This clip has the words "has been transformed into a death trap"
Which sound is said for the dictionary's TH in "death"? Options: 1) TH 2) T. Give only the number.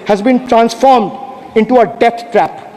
2